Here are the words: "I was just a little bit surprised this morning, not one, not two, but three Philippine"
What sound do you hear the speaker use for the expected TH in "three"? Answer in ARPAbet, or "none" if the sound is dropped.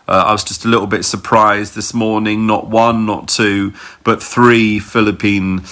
TH